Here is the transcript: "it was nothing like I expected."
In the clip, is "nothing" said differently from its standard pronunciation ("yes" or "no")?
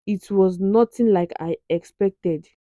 yes